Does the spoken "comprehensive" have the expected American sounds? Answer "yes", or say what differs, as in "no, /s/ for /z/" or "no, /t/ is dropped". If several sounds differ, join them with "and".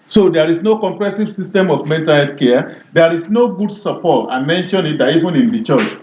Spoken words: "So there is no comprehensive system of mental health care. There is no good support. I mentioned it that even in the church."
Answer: no, /n/ is dropped